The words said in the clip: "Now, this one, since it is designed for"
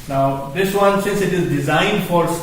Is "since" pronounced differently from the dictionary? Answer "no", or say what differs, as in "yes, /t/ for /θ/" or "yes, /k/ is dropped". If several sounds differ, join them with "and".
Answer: no